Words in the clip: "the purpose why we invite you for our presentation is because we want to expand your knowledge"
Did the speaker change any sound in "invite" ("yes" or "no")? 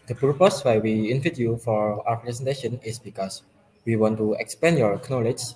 yes